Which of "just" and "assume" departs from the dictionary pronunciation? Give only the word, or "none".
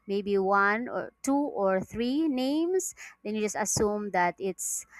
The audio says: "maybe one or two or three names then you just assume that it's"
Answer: none